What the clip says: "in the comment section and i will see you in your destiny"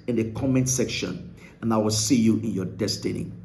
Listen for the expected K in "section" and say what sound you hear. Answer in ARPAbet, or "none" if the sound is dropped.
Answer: K